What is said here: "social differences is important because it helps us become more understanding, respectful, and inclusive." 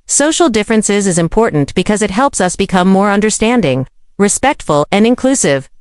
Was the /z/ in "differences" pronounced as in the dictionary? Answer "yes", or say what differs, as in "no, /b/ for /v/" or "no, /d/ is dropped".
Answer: yes